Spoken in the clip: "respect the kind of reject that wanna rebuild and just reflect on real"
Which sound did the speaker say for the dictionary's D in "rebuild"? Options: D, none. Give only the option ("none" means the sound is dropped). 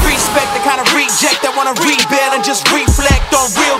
none